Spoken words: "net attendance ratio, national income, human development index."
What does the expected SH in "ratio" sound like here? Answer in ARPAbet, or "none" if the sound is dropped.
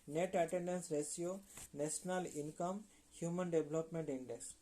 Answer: S